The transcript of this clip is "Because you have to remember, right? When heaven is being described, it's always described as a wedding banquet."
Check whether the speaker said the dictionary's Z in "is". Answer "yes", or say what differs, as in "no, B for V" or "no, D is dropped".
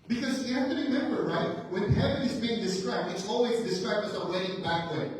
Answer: yes